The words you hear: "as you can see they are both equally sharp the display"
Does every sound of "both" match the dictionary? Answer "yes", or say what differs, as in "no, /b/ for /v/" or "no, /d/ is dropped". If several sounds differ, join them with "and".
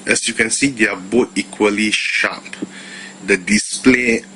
no, /t/ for /θ/